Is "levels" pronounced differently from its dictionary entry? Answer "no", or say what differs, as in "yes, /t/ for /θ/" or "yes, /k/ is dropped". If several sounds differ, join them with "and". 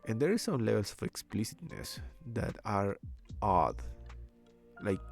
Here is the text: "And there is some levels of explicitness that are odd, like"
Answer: yes, /s/ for /z/